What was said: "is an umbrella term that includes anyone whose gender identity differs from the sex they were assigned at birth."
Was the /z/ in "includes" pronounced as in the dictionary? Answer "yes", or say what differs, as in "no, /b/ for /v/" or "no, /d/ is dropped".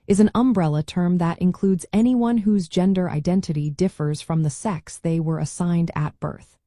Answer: yes